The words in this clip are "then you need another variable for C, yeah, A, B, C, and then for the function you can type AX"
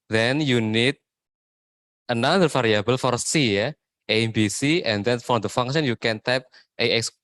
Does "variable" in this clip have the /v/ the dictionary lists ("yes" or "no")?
no